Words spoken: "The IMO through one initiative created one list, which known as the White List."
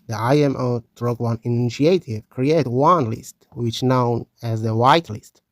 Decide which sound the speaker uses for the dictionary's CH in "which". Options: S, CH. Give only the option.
CH